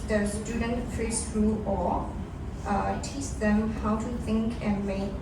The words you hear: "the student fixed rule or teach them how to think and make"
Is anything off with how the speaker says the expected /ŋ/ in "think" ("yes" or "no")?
no